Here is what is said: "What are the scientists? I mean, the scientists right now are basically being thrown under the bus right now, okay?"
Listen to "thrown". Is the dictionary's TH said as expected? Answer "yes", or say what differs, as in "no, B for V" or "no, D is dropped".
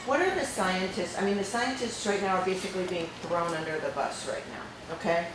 yes